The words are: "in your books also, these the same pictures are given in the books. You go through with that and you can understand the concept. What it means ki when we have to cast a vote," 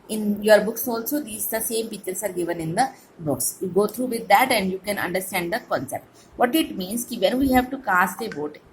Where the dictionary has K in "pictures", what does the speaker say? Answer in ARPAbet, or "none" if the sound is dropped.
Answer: none